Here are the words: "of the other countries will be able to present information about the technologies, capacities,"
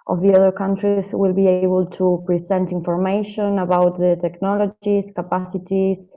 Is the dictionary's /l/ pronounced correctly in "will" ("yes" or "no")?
yes